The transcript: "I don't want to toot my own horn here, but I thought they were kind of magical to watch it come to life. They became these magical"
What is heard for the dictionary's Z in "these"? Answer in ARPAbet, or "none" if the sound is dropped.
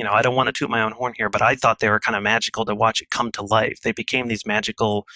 Z